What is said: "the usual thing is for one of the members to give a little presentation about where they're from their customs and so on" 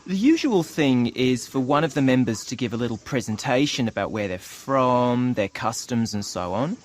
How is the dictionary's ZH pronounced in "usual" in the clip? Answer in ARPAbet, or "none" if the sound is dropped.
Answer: ZH